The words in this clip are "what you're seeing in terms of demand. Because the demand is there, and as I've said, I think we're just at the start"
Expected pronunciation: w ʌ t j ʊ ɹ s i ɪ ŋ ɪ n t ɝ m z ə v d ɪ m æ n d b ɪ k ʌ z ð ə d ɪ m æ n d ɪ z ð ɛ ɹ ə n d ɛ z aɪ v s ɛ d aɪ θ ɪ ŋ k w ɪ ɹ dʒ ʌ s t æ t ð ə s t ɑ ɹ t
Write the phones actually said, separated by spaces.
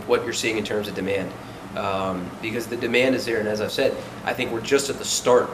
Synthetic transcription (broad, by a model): w ʌ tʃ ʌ ɹ s i ɪ ŋ ɪ n t ɝ m z ə v d ɪ m æ n d b ɪ k ʌ z ð ə d ɪ m æ n d ɪ z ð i ɹ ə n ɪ z aɪ v s ɛ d aɪ θ ɪ ŋ k w ɪ ɹ dʒ ʌ s t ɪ t ð ə s t ɑ ɹ t